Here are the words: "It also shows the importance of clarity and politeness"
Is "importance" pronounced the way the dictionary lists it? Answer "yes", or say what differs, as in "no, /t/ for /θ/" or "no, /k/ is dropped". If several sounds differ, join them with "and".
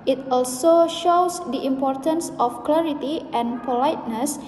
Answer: yes